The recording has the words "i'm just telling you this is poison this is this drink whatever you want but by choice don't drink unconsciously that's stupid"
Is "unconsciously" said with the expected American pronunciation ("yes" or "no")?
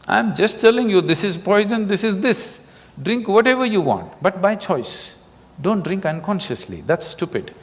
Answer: yes